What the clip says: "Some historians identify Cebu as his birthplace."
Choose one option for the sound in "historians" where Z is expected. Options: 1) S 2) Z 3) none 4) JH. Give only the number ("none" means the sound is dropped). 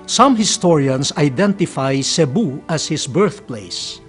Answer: 1